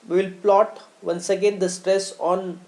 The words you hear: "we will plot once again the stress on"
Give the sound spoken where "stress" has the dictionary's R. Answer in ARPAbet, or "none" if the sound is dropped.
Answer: R